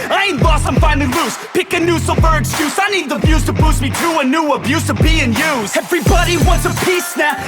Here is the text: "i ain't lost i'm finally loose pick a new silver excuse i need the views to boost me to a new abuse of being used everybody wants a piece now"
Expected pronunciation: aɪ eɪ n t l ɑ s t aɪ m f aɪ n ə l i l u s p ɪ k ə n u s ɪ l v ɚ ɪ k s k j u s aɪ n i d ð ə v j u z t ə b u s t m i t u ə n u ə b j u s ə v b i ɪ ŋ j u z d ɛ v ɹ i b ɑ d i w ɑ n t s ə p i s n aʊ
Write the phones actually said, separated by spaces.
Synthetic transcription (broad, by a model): aɪ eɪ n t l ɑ s aɪ m f aɪ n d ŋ l u s p ɪ k ə n u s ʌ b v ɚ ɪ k s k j u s aɪ n i d ð ə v j u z t ə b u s m i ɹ u ə n u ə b j u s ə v b i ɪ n j u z ɛ v ɹ i b ɑ d i w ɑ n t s ə p i s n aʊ